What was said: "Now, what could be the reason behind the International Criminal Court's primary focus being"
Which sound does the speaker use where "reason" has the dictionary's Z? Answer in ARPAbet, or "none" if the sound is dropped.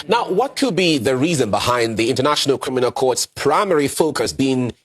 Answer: Z